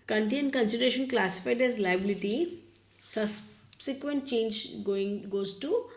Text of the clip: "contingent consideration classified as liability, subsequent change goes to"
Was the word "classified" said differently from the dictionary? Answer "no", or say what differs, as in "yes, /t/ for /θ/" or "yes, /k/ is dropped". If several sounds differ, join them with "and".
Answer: no